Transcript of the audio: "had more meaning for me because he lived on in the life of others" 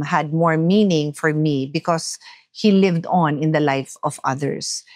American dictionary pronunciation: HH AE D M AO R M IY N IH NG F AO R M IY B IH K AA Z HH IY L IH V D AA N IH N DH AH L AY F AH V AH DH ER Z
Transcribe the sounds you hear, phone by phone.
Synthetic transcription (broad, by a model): HH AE D M AO R M IY N IH NG F AO R M IY B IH K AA S HH IY L IH V D AA N IH N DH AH L AY F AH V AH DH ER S